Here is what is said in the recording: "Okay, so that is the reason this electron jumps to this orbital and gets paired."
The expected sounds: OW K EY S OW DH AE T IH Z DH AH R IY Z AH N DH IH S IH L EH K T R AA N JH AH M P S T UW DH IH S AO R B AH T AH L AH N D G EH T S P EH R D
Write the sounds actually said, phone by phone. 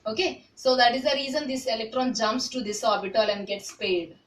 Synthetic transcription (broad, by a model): OW K EY S OW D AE T IH Z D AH R IY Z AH N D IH S IH L EH K T R AA N JH AH M P S T UW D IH S AO R B AH T AH L AH N D G EH T S P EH D